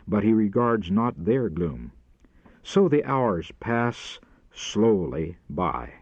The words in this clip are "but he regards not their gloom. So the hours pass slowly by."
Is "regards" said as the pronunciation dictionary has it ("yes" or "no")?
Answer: yes